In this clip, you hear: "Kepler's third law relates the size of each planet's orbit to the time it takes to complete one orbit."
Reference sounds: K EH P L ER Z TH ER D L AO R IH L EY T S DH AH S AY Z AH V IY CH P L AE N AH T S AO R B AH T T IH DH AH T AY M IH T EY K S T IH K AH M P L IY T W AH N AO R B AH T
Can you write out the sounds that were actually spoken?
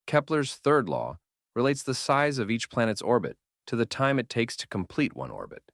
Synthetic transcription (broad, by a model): K EH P L ER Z TH ER D L AO R IH L EY T S DH AH S AY Z AH V IY CH P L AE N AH T S AO R B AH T T IH DH AH T AY M IH T EY K S T IH K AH M P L IY T W AH N AO R B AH T